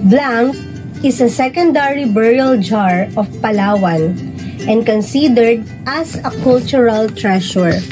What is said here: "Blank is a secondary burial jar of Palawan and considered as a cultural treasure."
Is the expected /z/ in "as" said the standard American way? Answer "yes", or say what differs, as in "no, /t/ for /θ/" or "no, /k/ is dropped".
no, /s/ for /z/